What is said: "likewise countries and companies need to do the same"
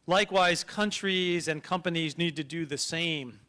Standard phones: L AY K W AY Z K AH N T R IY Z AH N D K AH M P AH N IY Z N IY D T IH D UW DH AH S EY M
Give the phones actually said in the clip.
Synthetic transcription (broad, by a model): L AY K W AY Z K AH N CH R IY Z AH N K AH M P AH N IY Z N IY D T IH D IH DH AH S EY M